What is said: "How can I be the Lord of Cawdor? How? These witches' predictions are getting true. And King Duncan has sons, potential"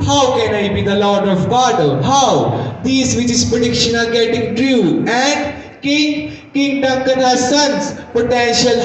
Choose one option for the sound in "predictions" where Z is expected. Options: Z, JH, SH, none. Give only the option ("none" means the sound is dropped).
none